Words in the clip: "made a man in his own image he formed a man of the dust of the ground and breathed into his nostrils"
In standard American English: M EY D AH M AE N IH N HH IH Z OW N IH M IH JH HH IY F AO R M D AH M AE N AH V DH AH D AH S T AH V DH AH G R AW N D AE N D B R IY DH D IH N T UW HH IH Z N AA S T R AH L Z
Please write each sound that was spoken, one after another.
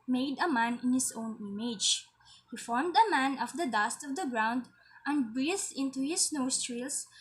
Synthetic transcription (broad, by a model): M EY D AH M AE N IH N HH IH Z OW N IH M IH JH HH IY F AO R M D AH M AE N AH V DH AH D AH S T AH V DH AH G R AW N D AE N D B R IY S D IH N T UW HH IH S N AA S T R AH L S